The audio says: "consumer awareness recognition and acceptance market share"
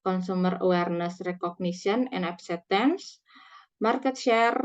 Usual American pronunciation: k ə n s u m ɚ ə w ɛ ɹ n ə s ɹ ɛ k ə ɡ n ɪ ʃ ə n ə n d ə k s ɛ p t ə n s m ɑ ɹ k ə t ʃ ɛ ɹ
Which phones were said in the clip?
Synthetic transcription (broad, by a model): k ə n s u m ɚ ə w ɛ ɹ n ə s ɹ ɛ k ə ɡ n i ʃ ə n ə n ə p s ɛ t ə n s m ɑ ɹ k ə t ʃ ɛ ɹ